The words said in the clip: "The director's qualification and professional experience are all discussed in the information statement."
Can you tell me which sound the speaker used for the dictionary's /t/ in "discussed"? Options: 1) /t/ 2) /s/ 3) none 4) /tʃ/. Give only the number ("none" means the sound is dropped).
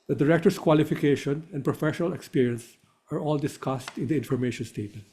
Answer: 1